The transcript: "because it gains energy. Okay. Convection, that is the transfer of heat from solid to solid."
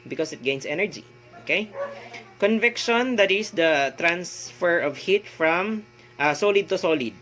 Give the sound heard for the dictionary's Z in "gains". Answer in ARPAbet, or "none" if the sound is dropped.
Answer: S